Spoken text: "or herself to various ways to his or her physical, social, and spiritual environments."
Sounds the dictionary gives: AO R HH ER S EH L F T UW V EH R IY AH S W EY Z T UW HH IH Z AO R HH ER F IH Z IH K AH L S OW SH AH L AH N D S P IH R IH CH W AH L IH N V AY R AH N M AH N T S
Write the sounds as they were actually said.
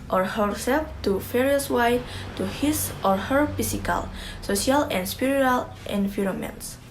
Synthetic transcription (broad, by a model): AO R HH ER S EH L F T UW F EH R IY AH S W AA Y T UW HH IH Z AO R HH ER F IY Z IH K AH L S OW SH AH L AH N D S P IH R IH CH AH L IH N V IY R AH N M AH N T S